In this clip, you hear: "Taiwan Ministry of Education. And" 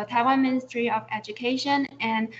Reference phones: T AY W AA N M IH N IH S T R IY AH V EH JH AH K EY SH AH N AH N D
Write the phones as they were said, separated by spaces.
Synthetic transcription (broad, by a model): T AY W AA N M IH N IH S T R IY AH V EH JH AH K EY SH AH N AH N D